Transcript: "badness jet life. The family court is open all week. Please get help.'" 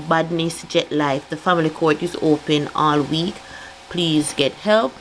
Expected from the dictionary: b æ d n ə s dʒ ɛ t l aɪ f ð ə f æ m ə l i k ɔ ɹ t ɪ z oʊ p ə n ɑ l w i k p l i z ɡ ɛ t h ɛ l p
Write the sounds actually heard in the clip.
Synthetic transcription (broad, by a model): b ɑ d n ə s dʒ ɛ t l aɪ f ð ə f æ m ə l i k ɔ ɹ t ɪ z oʊ p ə n ɑ l w i k p l i z ɡ ɛ t h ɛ l p